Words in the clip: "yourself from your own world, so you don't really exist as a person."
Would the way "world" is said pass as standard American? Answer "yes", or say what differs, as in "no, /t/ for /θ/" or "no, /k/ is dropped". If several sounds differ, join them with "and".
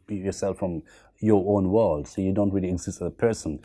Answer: yes